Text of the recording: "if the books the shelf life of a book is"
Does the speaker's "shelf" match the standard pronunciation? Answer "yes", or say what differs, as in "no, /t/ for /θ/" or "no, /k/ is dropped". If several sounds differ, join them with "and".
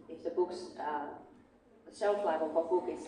no, /s/ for /ʃ/